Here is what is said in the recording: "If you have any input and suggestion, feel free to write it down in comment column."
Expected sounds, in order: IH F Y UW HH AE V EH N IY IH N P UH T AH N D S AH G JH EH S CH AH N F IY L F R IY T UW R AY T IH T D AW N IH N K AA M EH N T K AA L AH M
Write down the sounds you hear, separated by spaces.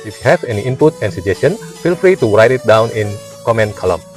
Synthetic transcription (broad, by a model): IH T HH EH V EH N IY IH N P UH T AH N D S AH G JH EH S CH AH N F IY L F R IY T UW R AY T IH T D AW N IH N K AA M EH N K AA L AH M